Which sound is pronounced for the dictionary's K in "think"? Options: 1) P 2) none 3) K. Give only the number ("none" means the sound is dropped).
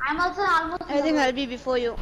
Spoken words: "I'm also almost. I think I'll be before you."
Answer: 2